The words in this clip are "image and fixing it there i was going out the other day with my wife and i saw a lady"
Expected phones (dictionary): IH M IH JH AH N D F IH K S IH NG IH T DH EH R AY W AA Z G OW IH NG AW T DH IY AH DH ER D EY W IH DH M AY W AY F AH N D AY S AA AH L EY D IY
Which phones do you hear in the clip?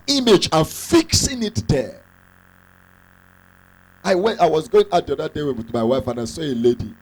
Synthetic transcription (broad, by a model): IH M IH JH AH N F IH K S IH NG IH T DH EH W AY W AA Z G OW IH NG AW T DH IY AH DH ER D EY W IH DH M AY W AY F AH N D AY S AA AH L EY D IY